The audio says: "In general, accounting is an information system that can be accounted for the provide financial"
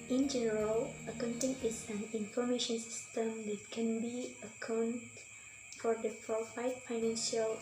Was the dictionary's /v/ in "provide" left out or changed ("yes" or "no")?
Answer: yes